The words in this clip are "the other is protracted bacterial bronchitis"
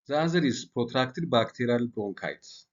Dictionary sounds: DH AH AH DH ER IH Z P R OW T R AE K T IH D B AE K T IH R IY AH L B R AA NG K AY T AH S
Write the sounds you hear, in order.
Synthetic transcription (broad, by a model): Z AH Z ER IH S P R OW T R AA K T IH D B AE K T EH R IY L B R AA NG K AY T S